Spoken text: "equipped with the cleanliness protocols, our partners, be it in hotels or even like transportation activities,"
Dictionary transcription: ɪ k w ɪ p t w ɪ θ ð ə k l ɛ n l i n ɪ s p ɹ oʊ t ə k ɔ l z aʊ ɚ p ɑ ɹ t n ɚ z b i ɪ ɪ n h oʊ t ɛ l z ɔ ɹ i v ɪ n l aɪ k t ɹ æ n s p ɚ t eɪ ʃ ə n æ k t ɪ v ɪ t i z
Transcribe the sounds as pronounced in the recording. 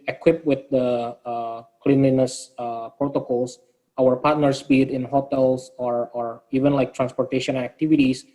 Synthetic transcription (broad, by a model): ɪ k w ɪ p w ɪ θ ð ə k l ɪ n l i n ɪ s p ɹ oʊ t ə k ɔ l s aʊ ɚ p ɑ ɹ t n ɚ s b i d ɪ n h oʊ t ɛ l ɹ ɔ ɹ i v ɪ n l aɪ k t ɹ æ n s p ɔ t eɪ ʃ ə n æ k t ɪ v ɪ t i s